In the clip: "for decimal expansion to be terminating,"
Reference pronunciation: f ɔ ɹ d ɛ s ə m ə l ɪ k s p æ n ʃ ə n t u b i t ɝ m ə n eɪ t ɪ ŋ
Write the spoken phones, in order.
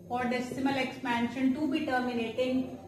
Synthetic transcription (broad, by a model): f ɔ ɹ d ɛ s ə m ə l ɪ k s p æ n ʃ ə n t u b i t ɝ m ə n eɪ t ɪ ŋ